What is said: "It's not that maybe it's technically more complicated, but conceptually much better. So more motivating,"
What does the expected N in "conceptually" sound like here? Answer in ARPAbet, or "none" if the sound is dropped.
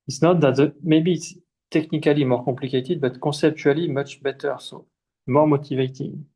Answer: none